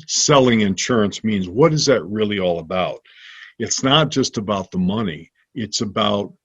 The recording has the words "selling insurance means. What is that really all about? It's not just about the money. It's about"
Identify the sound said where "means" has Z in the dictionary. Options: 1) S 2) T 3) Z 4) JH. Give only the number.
3